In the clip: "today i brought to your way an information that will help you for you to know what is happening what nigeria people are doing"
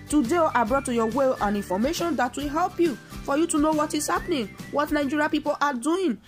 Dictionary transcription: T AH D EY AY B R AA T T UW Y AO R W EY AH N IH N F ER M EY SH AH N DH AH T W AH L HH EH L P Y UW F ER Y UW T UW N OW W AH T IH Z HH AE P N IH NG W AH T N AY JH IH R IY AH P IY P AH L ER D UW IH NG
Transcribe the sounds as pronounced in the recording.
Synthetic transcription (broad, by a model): T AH D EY AY B R AA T T UW Y AO W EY AH N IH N F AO M EY SH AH N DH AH T W AH L HH EH L P Y UW F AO Y UW T UW N OW W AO T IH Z HH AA P N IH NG W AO T N AY JH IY R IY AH P IY P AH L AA D UW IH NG